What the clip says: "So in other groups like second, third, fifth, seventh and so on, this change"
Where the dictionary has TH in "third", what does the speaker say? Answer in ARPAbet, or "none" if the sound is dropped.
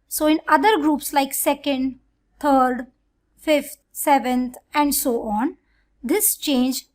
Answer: T